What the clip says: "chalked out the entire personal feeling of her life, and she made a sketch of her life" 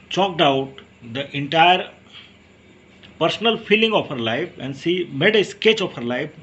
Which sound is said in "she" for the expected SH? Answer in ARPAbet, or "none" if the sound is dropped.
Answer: S